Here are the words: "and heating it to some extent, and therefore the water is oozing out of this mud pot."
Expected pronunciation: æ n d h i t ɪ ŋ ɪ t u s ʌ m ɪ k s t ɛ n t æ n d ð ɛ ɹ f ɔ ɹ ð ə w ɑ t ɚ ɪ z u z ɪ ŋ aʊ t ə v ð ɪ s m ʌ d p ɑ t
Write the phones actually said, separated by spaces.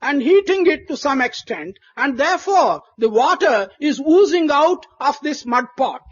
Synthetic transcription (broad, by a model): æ n d h i t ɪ ŋ ɪ t u s ʌ m ɪ k s t ɛ n t æ n d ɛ ɹ f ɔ ɹ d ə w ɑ t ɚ ɪ z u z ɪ ŋ aʊ t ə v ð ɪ s m ʌ d p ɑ t